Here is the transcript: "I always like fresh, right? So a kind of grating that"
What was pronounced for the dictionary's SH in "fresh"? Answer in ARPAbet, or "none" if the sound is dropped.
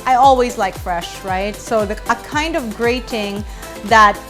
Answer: SH